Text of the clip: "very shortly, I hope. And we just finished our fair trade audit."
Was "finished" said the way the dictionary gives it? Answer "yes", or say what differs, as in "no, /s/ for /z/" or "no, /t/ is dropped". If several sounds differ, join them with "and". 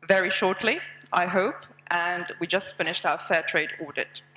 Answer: yes